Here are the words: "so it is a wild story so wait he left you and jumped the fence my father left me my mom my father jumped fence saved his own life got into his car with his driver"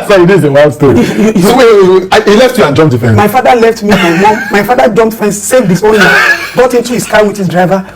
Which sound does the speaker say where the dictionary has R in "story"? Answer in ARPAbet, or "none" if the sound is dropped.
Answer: none